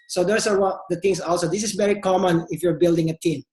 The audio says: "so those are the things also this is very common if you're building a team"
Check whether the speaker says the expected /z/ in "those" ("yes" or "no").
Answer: no